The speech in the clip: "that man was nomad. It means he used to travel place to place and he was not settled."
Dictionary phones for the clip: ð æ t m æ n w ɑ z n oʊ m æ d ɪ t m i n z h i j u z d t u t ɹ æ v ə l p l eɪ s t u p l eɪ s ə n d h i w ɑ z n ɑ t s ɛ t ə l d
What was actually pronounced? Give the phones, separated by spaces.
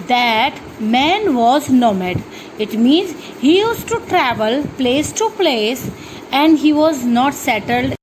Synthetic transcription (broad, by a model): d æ t m æ n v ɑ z n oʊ m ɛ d ɪ t m i n z h i j u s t t u t ɹ æ v ə l p l eɪ s t u p l eɪ s ə n d h i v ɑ z n ɑ t s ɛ t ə l d